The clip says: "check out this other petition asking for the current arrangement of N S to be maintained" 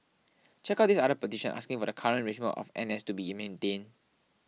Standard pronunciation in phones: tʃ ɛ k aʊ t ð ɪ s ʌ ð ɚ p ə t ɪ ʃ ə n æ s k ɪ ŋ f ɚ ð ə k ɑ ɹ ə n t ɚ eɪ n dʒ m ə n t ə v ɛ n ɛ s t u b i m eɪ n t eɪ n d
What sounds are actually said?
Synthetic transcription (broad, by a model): tʃ ɛ k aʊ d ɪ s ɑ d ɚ p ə t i ʃ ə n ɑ s k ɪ ŋ f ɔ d ə k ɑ ɹ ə n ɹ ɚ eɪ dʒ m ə t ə f ɛ n ɛ s t u b i m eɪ n t eɪ n